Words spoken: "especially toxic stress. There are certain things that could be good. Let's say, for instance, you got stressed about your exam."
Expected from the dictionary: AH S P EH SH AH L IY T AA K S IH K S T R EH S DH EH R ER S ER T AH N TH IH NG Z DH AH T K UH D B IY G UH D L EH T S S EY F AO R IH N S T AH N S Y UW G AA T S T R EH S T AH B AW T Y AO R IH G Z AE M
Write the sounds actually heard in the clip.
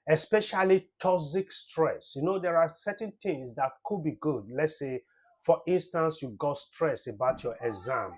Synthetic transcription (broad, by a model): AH S P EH SH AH L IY T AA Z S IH K S T R EH S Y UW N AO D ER S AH N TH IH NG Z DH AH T K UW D B IY G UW D L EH T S S EY F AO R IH N S T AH N S Y UW G AA T S T R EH S AH B AW T Y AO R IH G Z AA M